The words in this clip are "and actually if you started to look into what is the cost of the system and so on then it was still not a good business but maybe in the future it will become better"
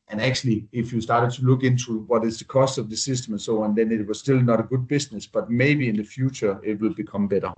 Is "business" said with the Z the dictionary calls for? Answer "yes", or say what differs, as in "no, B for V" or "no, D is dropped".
no, S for Z